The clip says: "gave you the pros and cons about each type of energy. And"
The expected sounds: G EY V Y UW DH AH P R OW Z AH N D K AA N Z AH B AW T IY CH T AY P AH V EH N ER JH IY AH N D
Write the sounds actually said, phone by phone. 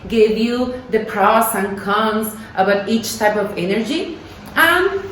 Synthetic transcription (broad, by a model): G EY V Y UW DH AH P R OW S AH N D K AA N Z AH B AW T IY CH T AY P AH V EH N ER JH IY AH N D